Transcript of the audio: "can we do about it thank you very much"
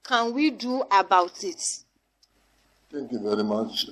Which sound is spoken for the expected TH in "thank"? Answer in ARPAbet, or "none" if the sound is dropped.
T